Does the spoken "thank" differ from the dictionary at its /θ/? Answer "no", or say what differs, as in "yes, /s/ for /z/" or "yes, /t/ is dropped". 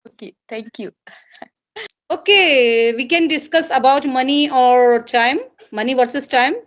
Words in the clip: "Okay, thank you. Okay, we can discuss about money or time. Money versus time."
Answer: yes, /t/ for /θ/